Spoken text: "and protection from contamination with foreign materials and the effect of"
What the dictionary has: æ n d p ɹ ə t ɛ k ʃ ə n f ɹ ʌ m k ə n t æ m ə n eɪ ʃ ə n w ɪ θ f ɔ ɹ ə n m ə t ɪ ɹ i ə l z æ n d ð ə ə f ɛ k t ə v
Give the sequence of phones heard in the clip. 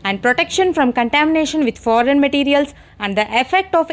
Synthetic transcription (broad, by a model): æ n d p ɹ ə t ɛ k ʃ ə n f ɹ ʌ m k ə n t æ m ə n eɪ ʃ ə n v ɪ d f ɔ ɹ ə n m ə t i ɹ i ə l s æ n d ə ə f ɛ k t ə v